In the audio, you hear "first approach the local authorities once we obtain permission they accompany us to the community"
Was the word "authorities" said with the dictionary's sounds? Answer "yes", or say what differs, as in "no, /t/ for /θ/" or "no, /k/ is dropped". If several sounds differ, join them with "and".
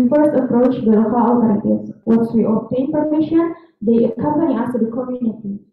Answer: no, /t/ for /θ/ and /s/ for /z/